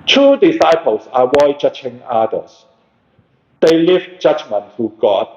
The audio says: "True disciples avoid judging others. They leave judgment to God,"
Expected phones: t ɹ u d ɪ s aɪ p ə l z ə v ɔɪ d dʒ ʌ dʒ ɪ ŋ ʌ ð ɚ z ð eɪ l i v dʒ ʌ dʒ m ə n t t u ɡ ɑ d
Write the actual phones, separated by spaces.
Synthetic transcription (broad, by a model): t u d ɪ s aɪ p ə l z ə w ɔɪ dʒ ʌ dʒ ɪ ŋ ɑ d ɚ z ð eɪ l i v dʒ ʌ dʒ m ə n t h u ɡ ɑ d